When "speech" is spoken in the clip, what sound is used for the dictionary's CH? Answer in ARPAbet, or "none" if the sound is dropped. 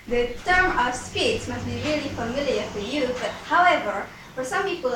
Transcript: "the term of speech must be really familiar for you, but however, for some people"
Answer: S